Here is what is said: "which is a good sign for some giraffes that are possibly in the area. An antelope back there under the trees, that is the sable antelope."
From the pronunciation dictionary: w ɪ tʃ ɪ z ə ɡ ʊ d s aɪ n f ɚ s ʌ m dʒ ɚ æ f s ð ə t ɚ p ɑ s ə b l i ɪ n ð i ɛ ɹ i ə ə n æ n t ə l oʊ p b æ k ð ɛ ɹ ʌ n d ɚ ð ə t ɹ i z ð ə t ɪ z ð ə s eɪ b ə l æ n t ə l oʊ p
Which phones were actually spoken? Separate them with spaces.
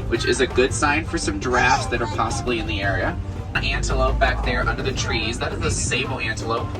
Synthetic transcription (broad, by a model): w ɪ tʃ ɪ z ə ɡ ʊ d s aɪ n f ɚ s ʌ m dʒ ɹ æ f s ð ə t ɚ p ɑ s ə b l i ɪ n ð i ɛ ɹ i ə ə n æ n t ə l oʊ p b æ k ð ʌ ɹ ʌ n d ɚ ð ə t ɹ i z ð ə t ɪ z ð ə s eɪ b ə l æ n t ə l oʊ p